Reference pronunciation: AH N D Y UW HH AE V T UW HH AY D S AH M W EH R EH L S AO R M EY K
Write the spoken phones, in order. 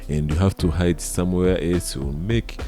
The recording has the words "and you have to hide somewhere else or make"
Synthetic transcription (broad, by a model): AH N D Y UW HH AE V T UW HH AY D S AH M W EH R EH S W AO L M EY K